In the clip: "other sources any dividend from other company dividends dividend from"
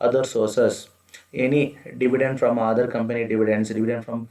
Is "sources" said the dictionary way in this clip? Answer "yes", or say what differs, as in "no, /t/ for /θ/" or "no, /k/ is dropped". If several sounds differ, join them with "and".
no, /s/ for /z/